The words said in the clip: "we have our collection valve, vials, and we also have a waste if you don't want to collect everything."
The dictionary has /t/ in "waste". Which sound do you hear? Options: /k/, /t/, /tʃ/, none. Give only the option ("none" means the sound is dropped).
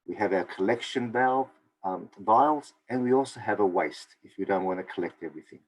/t/